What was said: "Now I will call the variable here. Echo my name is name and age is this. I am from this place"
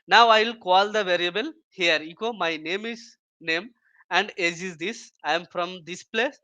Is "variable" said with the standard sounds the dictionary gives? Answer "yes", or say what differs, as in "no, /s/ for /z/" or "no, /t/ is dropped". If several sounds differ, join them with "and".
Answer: yes